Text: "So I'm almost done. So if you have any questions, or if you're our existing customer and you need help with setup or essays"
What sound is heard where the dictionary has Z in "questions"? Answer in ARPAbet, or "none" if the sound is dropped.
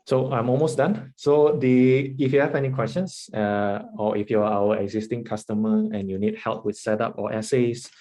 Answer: S